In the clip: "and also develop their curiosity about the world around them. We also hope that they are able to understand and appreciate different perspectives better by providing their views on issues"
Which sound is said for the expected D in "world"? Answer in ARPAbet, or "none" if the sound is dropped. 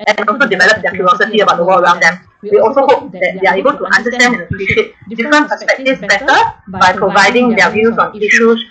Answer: none